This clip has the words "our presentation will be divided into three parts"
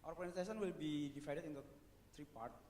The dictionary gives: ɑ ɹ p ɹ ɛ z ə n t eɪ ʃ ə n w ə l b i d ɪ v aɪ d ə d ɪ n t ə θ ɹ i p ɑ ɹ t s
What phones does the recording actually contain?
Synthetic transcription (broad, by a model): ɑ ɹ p ɔ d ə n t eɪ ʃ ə n w ə l b i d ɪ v aɪ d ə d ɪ n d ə t ɹ i p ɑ ɹ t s